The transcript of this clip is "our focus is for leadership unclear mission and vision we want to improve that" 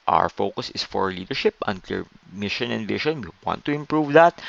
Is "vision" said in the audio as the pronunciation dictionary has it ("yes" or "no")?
no